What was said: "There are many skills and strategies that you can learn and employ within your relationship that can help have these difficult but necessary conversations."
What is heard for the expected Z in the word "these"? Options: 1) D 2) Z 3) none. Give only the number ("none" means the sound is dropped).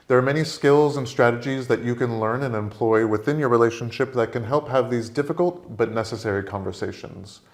2